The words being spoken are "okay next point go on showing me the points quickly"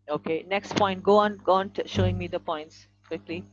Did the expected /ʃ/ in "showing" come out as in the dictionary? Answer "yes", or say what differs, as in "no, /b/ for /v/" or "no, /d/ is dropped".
yes